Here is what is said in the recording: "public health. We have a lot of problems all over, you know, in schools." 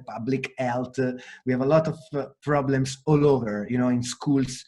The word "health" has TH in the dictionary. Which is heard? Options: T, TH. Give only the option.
T